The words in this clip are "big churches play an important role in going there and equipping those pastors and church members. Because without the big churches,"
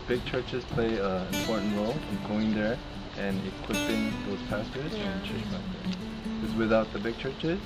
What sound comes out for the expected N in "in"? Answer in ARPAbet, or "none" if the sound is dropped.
L